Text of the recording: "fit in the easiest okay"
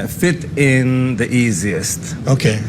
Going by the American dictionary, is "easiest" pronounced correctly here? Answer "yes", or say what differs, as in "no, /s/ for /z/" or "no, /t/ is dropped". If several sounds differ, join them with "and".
yes